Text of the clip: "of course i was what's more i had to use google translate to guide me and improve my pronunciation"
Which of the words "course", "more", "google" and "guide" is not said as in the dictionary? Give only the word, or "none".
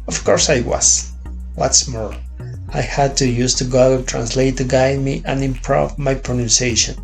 google